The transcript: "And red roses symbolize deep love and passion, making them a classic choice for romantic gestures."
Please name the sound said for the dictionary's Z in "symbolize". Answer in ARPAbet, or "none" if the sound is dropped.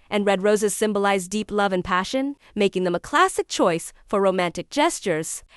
Z